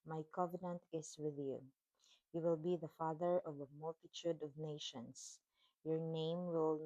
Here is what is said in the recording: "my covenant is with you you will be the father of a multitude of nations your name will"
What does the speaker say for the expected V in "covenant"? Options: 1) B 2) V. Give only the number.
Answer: 2